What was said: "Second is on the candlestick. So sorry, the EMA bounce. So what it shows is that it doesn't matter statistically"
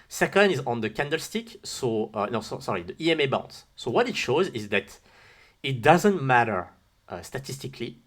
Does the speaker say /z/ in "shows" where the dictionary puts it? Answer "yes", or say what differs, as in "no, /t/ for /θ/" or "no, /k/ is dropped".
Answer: yes